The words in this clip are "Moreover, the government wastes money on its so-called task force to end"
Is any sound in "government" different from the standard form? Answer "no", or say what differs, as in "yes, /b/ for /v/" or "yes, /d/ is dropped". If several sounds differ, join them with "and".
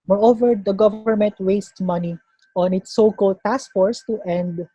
no